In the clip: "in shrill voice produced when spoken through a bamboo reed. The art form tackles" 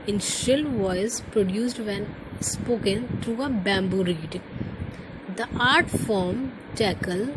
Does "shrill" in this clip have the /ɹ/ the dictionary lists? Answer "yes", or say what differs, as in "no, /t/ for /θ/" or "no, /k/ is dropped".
no, /ɹ/ is dropped